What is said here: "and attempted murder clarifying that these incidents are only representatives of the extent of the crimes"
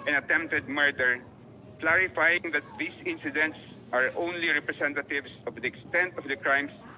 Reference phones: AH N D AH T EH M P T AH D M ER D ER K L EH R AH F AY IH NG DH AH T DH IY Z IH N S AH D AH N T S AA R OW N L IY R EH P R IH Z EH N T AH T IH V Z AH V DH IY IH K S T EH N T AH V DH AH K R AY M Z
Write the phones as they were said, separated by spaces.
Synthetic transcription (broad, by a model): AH N AH T EH M P T AH D M ER D ER K L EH R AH F AY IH NG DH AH T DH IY S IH N S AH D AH N T S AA R OW N L IY R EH P R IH S EH N T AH T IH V S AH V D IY IH K S T EH N T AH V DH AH K R AY M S